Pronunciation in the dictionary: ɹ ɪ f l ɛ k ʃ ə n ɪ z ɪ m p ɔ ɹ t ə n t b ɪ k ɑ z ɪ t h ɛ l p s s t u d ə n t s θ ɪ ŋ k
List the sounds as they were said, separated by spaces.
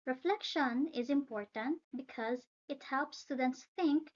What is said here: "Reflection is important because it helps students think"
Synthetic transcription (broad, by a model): ɹ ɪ f l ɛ k ʃ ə n ɪ z ɪ m p ɔ ɹ t ə n t b ɪ k ɑ z ɪ t h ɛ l p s s t u d ə n t s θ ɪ ŋ k